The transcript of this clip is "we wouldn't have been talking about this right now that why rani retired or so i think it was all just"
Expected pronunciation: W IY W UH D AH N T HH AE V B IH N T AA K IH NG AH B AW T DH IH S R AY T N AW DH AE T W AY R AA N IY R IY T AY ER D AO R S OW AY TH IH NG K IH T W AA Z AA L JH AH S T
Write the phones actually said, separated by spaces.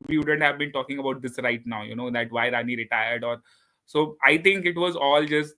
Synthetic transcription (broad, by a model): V IY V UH D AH N T HH AE V B IH N T AA K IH NG AH B AW T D IH S R AY T N AW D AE T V AY R AA N IY R IY T AY ER D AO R S OW AY T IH NG K IH T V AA Z AA L JH AH S T